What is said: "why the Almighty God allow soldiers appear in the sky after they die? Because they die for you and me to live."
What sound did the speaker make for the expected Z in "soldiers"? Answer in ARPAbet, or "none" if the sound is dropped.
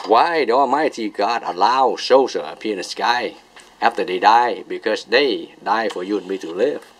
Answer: none